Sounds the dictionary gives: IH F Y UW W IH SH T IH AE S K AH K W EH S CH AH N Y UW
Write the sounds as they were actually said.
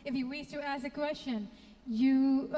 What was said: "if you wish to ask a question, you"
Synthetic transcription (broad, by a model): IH F Y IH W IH S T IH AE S AH K W EH S CH AH N Y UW